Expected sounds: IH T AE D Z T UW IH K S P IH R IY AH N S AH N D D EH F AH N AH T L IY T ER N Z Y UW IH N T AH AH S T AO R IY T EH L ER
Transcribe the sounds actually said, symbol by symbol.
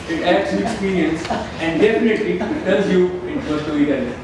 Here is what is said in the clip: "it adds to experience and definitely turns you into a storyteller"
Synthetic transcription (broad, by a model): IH T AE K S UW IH K S P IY R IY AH N S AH N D D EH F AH N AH T L IY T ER L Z Y UW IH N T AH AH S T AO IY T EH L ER